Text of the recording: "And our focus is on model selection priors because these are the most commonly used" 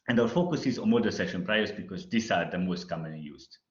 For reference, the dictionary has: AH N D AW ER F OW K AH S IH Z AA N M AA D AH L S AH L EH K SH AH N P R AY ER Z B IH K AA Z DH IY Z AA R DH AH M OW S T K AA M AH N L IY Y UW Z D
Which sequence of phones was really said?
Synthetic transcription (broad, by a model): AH N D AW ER F OW K AH S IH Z AA N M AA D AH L S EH SH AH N P R AY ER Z B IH K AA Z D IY S AA R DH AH M OW S T K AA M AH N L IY Y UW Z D